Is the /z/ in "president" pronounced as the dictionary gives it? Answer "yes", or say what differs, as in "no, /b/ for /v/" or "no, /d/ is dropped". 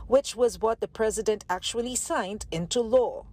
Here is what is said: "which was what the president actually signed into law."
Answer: yes